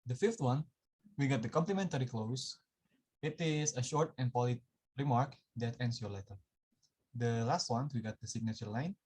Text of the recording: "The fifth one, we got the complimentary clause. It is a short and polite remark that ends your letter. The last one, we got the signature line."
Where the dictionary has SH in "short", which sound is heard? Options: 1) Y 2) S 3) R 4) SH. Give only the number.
4